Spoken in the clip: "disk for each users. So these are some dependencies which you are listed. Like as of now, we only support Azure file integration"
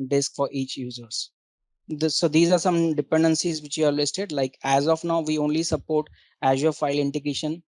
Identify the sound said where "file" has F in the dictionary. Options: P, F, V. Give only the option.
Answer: F